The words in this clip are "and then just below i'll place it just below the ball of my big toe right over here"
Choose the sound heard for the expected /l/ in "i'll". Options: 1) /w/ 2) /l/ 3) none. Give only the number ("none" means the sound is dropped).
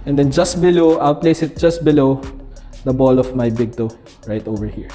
1